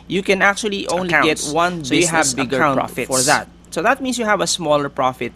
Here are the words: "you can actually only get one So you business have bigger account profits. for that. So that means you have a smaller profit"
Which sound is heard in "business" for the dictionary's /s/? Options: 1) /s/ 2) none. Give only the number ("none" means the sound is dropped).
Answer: 2